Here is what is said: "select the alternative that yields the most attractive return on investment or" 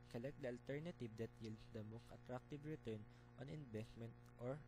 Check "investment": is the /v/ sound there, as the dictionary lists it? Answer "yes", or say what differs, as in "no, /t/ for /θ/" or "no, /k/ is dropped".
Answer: no, /b/ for /v/